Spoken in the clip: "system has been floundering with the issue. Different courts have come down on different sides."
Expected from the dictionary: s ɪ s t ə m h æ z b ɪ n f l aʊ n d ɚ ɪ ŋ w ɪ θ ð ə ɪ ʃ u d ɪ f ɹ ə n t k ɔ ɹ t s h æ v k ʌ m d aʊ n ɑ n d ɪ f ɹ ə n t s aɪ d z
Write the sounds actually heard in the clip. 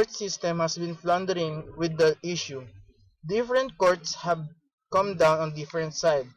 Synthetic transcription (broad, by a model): s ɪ s t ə m h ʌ s b ɪ n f l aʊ n d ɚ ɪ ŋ w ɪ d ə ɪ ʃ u d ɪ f ɹ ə n t k ɔ ɹ t s h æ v k ʌ m d aʊ n ɑ n d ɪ f ɹ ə n t s aɪ d